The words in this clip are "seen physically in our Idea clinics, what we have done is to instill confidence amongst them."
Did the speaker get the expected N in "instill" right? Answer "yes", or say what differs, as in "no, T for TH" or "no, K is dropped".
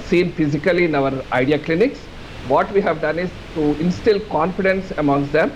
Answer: yes